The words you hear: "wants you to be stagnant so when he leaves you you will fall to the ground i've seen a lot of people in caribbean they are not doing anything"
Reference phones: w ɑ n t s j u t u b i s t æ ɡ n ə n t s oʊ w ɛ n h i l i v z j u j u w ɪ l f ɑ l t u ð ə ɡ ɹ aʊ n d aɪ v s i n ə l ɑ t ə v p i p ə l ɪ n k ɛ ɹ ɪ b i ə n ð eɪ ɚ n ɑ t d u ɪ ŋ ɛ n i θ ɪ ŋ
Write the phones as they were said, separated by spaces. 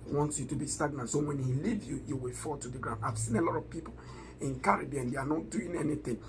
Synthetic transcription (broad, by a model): w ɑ n t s j u t u b i s t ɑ ɡ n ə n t s oʊ w ɛ n h i l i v j u j u w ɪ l f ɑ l t u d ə ɡ ɹ aʊ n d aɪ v s i n ə l ɑ t ə v p i p ə l ɪ n k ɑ ɹ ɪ b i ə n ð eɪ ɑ n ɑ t d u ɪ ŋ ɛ n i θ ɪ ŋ